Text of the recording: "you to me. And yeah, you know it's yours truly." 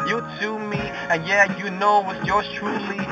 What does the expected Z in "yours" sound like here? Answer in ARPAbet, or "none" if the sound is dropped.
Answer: none